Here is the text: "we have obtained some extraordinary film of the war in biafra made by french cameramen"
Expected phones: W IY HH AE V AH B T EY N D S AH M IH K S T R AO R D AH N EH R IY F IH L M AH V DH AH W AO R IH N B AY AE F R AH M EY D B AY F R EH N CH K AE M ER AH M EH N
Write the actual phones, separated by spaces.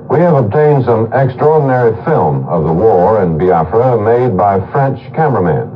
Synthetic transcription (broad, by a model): W IY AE V AH B T EY N D S AH M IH K S T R AO R D N EH R IY F IH L M AH V DH AH W AO R IH N B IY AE F R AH M EY D B AY F R EH N CH K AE M ER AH M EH N